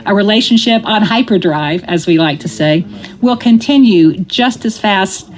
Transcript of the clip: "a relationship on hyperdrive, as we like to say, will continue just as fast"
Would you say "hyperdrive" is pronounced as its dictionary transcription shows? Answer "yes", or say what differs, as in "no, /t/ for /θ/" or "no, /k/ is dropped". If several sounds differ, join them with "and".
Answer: yes